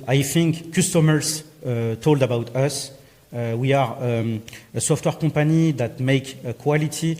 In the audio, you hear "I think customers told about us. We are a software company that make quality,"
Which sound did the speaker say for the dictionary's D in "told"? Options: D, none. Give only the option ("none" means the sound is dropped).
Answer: D